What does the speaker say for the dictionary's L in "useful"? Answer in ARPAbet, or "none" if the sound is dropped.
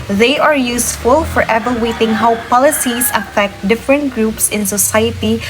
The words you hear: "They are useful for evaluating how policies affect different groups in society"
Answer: L